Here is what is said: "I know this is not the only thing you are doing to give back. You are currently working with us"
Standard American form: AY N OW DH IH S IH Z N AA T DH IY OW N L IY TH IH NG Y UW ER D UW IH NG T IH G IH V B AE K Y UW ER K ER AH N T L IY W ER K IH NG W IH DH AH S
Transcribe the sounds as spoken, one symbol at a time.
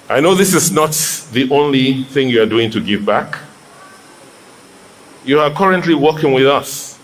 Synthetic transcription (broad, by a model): AY N OW DH IH S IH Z N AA T DH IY OW N L IY TH IH NG Y UW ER D UW IH NG T IH G IH V B AE K Y UW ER K ER AH N T L IY W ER K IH NG W IH DH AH S